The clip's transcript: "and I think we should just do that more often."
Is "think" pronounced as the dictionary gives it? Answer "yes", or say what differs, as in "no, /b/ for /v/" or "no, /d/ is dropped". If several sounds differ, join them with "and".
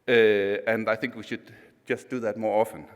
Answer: yes